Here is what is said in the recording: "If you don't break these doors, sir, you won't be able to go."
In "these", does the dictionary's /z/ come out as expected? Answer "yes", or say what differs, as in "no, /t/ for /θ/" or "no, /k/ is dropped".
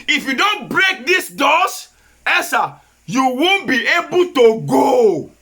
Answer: no, /s/ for /z/